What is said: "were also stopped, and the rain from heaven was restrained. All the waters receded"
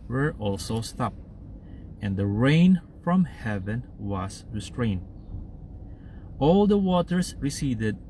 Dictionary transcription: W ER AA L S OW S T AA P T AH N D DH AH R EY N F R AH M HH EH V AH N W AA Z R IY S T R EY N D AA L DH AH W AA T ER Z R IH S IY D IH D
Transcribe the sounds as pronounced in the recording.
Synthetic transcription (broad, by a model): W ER AA L S OW S T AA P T AH N D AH R EY N F R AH M HH EH V AH N W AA S R IY S T R EY N D AA L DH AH W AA T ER S R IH S IY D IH D